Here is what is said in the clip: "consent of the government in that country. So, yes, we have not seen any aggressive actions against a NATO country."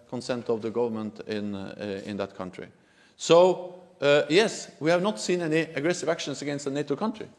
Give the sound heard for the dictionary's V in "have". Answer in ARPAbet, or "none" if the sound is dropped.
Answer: V